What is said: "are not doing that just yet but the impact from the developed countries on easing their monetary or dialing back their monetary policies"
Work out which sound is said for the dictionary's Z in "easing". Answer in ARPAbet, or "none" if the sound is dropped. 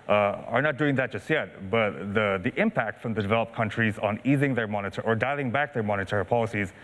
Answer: Z